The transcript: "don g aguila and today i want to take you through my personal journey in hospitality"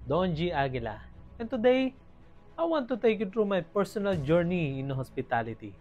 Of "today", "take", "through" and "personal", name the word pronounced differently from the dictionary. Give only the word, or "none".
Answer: through